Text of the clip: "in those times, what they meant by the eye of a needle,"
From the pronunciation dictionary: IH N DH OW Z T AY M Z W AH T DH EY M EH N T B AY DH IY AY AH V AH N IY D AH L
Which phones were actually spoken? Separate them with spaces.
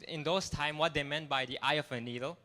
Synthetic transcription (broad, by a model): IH N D OW S T AY M W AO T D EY M EH N T B AY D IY AY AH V AH N IY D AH L